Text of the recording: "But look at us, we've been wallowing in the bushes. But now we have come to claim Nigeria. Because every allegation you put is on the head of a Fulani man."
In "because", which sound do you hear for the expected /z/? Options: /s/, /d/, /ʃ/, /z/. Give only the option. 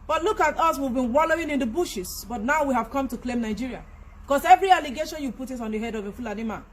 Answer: /s/